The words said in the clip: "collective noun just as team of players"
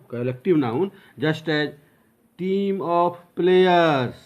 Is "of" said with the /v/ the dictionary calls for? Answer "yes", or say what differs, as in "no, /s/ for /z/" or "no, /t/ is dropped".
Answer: no, /p/ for /v/